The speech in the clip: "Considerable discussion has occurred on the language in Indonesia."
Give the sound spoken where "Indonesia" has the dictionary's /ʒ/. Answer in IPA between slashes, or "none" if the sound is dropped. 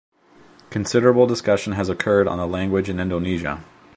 /ʒ/